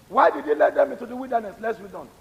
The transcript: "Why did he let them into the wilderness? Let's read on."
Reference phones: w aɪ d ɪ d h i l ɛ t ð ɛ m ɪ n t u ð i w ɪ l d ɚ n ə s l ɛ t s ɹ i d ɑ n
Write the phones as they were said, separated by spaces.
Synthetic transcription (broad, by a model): w aɪ d ɪ d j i l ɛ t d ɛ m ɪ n t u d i w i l d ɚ n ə s l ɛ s w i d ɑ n